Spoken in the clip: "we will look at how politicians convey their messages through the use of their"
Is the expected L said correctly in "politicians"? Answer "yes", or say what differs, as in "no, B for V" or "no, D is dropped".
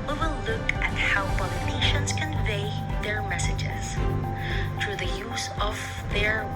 no, N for L